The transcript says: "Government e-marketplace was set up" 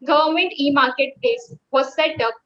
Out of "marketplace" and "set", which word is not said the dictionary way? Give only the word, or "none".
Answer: marketplace